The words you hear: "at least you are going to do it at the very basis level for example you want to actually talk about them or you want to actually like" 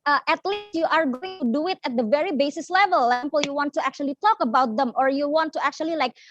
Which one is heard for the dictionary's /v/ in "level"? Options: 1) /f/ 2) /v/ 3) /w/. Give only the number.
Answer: 2